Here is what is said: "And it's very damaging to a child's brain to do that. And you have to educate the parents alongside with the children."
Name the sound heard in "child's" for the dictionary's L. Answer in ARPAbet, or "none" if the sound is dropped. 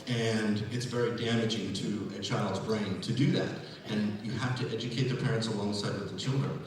L